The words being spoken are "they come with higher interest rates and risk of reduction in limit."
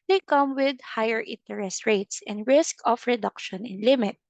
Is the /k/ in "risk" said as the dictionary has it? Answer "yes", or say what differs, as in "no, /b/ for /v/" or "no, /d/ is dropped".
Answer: yes